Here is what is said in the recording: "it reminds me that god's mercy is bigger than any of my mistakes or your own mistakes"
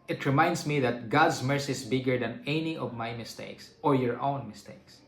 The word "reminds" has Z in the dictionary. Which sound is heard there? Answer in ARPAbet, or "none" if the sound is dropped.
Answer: S